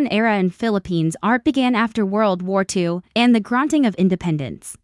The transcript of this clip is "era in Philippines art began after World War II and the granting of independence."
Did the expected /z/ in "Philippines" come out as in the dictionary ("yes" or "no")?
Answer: yes